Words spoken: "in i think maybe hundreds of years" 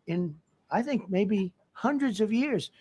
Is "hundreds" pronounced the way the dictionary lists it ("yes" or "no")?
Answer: yes